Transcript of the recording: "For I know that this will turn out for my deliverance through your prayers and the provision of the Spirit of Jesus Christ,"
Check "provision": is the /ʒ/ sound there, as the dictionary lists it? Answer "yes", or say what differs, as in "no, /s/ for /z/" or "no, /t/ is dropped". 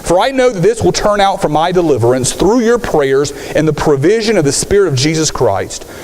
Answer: yes